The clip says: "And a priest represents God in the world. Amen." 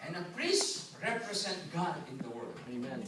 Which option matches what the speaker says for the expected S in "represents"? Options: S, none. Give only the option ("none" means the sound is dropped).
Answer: none